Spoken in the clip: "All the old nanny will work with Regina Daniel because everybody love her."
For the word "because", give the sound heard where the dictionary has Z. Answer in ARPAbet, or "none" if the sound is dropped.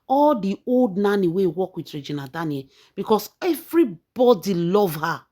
S